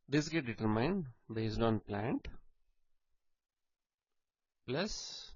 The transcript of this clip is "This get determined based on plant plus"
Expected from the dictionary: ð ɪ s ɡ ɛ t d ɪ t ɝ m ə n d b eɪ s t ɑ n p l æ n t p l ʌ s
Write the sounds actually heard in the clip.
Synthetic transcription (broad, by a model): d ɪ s ɡ ɛ t d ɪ t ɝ m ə n d b eɪ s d ɑ n p l æ n t p l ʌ s